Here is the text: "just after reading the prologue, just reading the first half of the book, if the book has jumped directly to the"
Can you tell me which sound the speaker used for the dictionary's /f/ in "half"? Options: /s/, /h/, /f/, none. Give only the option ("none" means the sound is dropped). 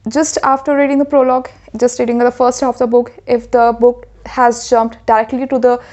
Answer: none